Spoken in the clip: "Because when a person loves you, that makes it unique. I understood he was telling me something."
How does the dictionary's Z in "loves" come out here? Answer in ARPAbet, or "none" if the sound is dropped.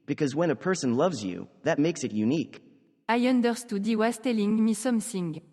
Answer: Z